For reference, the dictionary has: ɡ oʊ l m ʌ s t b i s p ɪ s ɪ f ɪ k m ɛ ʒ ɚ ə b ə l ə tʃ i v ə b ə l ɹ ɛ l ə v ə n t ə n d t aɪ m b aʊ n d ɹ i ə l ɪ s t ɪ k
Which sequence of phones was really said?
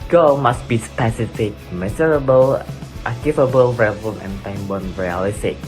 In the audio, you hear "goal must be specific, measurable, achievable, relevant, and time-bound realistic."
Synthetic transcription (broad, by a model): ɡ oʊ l m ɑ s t b i s p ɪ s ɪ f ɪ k m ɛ z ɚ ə b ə l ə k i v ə b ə l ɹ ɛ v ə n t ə n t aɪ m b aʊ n ɹ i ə l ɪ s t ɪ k